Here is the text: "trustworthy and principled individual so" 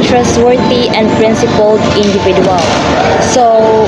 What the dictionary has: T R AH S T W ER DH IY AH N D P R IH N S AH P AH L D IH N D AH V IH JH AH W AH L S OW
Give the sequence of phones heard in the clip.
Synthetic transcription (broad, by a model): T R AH S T W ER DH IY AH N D P R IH N S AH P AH L IH N D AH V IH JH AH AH L S OW